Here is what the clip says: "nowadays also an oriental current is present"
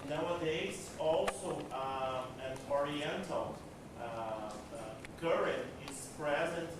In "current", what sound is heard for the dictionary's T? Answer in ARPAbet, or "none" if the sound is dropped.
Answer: none